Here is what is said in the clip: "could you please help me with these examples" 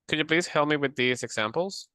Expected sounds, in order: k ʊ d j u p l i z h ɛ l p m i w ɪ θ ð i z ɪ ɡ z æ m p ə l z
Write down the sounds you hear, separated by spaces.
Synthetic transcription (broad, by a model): k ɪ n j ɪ p l i z h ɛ l m i w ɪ ð i z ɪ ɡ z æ m p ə l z